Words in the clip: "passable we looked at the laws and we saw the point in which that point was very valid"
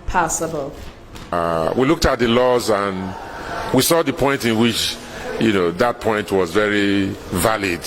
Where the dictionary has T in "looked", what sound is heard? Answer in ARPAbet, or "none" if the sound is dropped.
T